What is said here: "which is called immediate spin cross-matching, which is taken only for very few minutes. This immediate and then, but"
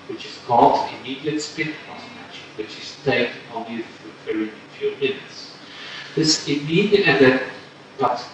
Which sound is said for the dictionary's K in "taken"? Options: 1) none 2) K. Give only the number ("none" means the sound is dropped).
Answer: 1